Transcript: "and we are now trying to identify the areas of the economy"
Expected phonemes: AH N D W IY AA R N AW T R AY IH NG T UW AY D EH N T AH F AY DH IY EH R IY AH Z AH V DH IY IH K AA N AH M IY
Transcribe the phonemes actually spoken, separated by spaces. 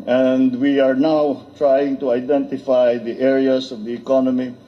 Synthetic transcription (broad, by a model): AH N D W IY AA R N AW T R AY IH NG T UW AY D EH N T AH F AY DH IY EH R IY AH S AH V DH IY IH K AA N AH M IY